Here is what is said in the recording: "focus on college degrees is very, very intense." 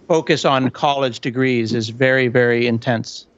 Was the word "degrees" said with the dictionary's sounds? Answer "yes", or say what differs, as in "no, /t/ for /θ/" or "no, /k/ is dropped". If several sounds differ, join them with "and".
yes